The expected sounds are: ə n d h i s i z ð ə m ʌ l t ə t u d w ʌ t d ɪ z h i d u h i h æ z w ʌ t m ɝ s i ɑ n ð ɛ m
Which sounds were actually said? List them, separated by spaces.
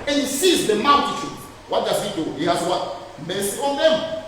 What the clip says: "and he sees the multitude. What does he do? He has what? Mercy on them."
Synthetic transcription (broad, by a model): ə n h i s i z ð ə m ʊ n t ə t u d w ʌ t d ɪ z h i d u h i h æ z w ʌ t m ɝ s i ɑ n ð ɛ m